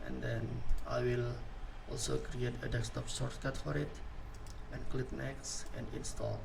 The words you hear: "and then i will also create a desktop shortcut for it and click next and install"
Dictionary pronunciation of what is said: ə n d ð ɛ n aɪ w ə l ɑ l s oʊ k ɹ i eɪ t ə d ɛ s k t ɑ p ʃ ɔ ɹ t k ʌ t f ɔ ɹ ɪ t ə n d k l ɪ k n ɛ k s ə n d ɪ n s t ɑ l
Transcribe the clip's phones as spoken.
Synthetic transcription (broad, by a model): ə n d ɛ n aɪ w ə l ɑ l s oʊ k ɹ i eɪ t ə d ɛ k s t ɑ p s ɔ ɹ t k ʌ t f ɔ ɹ ɪ t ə n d k l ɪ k n ɛ k s ə n d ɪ n s t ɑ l